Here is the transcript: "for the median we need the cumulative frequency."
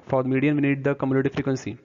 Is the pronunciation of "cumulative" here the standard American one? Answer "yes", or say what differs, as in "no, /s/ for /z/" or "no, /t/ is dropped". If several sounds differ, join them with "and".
no, /n/ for /l/